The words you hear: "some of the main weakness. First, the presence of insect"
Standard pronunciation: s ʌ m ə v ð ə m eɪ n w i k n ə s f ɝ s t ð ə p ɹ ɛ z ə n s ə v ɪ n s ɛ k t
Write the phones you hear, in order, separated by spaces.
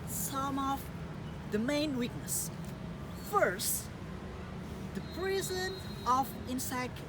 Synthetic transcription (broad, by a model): s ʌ m ə v ð ə m eɪ n w i k n ə s f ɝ s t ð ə p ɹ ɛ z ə n ə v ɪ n s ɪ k